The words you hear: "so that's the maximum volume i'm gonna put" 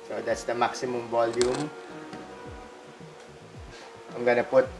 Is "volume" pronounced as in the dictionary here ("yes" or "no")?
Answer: no